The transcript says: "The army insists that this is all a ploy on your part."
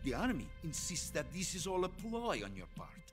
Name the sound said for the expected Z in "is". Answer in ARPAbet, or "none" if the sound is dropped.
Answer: Z